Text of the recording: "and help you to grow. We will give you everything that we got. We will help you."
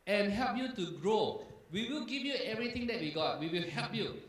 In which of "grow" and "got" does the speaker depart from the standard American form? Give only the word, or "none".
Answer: none